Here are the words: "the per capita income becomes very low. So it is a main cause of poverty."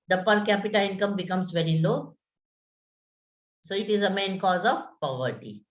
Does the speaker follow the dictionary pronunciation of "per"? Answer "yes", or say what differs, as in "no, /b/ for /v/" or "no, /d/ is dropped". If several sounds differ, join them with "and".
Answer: yes